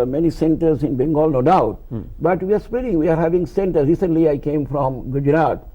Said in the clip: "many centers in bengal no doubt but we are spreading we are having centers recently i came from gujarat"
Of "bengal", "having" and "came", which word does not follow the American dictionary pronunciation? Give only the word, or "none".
none